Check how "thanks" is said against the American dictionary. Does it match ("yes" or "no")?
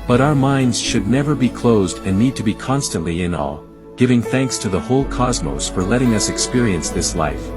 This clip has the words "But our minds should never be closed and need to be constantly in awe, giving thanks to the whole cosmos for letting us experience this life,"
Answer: yes